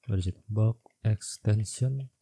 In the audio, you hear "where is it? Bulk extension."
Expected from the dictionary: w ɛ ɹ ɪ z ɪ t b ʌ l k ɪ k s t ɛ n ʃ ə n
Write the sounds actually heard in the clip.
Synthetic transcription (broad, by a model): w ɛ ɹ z ɪ t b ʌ k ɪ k s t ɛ n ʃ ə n